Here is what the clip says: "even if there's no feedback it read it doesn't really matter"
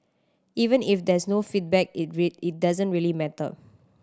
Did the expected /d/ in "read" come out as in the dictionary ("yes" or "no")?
no